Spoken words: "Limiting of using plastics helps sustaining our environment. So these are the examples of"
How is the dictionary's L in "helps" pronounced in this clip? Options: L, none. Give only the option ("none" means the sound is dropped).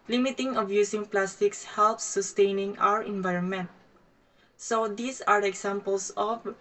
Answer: L